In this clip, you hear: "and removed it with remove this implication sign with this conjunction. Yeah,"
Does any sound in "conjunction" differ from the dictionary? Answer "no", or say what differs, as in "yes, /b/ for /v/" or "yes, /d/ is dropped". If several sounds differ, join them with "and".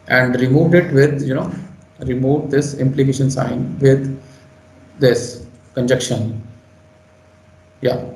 yes, /ŋ/ is dropped